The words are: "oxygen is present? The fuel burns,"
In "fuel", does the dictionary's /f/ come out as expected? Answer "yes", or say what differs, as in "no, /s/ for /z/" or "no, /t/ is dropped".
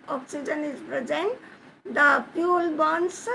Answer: no, /p/ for /f/